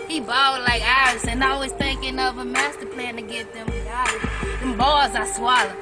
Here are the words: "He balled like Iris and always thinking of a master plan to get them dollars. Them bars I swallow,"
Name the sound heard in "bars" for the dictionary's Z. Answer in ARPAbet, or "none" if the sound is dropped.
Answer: Z